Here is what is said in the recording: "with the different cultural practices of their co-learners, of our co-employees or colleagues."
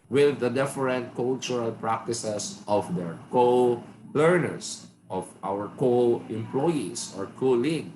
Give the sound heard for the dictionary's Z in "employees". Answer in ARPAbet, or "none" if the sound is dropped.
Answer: S